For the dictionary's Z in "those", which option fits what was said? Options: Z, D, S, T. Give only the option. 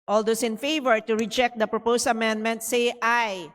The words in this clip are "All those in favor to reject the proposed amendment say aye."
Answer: S